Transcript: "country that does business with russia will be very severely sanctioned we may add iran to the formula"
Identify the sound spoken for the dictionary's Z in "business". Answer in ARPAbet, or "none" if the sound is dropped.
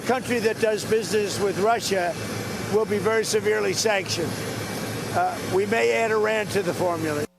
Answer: Z